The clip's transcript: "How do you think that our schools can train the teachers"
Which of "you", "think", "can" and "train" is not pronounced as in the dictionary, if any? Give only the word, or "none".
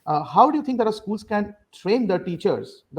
think